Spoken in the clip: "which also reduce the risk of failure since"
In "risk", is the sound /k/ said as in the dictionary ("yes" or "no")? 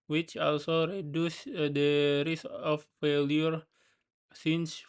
no